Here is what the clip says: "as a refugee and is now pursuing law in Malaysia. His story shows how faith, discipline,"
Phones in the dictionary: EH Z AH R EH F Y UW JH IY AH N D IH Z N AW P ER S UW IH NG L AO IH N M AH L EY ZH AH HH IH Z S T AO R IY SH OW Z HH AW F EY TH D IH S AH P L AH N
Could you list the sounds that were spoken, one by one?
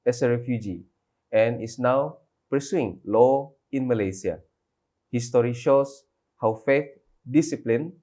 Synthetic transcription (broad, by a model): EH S AH R EH F Y UW JH IY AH N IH S N AW P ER S UW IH NG L AO IH N M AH L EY S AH HH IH S T AO R IY SH OW S HH AW F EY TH D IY S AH P L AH N